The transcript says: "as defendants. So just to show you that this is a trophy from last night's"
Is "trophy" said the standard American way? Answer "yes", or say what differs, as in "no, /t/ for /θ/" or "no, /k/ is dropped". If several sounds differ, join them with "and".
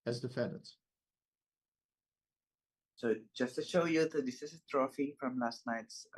yes